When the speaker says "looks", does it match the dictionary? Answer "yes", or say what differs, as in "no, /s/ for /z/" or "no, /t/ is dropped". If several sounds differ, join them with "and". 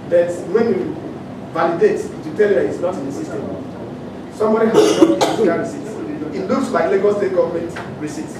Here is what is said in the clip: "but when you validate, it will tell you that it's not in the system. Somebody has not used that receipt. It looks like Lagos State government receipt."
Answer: no, /k/ is dropped